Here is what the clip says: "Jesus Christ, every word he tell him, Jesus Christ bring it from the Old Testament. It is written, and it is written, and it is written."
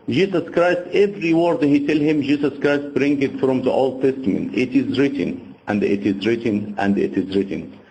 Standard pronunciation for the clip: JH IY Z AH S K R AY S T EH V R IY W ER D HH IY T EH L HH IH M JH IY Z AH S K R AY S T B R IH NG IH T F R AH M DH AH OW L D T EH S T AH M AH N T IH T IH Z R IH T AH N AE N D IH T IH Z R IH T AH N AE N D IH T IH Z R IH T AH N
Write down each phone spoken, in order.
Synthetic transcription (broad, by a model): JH IY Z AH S K R AY S T EH V R IY W ER D HH IY T EH L HH IH M JH IY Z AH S K R AY S T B R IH NG IH T F R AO M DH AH OW L D T EH S T AH M AH N T IH T IH Z R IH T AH N AE N D IH T IH Z R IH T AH N AE N D IH T IH Z R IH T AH N